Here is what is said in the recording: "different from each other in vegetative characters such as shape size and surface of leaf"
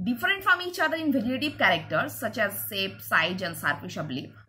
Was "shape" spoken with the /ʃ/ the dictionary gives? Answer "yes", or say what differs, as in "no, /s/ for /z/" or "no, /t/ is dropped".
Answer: no, /s/ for /ʃ/